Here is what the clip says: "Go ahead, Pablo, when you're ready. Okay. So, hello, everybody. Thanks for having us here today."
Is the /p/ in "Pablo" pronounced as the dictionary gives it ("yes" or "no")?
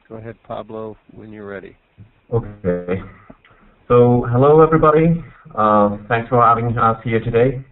yes